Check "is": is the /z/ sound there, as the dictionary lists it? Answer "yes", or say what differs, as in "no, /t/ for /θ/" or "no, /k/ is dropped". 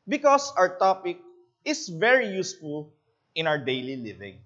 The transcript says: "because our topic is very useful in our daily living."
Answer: no, /s/ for /z/